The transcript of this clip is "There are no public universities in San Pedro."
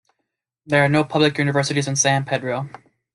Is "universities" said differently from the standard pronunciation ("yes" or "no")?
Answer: no